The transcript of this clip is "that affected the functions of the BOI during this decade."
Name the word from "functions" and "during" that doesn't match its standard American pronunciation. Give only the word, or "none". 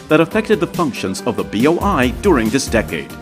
none